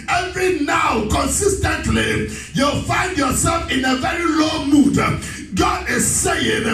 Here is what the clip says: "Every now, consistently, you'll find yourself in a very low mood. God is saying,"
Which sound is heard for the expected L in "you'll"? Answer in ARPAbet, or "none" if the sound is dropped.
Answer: L